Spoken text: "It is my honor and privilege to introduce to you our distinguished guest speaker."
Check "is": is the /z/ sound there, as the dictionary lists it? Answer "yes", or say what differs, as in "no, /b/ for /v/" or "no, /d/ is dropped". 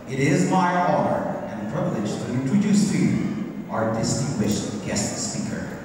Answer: yes